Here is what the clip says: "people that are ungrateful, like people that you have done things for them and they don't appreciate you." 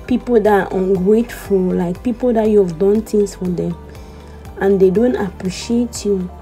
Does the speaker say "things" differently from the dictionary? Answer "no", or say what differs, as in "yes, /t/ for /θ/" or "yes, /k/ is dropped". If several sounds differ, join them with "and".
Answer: yes, /t/ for /θ/